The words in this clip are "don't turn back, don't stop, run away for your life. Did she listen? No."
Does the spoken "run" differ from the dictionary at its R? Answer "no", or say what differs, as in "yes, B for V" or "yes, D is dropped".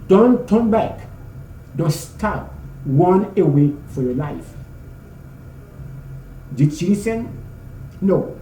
yes, W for R